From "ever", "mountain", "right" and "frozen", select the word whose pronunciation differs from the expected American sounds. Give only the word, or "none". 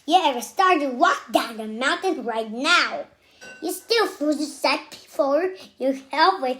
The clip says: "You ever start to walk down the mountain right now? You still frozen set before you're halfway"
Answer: frozen